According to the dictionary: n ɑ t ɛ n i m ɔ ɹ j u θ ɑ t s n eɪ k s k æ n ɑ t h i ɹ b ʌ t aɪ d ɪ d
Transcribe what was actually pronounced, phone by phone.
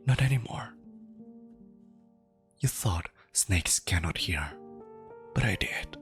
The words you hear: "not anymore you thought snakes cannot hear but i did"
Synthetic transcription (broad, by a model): n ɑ t ɛ n i m ɔ ɹ j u θ ɑ t s n eɪ k s k æ n ɑ t h i ɹ b ʌ t aɪ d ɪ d